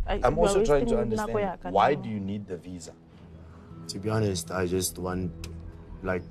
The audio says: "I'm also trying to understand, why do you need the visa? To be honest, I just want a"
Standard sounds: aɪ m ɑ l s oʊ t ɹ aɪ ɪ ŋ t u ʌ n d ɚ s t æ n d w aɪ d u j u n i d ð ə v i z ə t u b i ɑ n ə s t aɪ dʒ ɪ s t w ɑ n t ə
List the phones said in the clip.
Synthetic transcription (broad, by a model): aɪ m ɑ l s oʊ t ɹ aɪ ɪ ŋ t u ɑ n d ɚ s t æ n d w aɪ d u j u n i d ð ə v i z ə t u b i ɑ n ə s t aɪ dʒ ɪ s t w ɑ n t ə